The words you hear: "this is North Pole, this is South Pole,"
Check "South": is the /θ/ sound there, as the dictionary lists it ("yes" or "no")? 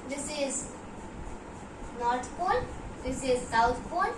no